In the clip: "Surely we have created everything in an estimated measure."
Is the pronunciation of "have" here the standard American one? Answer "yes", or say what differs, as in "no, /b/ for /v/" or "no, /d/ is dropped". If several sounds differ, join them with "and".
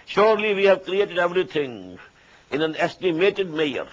yes